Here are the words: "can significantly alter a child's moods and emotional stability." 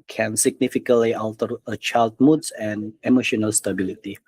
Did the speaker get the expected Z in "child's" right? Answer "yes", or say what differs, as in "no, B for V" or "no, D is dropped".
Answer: no, Z is dropped